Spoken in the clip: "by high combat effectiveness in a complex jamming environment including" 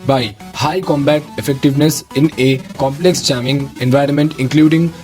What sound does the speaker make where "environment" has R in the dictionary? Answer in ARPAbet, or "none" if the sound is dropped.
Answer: R